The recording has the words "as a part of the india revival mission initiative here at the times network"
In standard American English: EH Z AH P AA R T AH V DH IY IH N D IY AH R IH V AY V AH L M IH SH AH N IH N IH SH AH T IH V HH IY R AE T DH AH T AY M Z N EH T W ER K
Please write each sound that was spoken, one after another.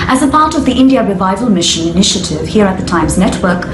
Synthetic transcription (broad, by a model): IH Z AH P AA R T AH V DH IY IH N D IY AH R IH V AY V AH L M IH SH AH N IH N IH SH AH T IH V HH IY R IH T DH AH T AY M Z N EH T W ER K